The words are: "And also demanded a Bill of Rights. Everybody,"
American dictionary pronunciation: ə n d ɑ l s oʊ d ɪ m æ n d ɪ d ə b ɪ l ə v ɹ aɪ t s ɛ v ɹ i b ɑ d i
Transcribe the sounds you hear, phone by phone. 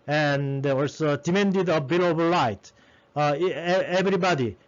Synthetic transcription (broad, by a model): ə n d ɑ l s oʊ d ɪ m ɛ n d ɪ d ə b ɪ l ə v l aɪ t ɛ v ɹ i b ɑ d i